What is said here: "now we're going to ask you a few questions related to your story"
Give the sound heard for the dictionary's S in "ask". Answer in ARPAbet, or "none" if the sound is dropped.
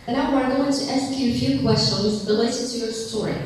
S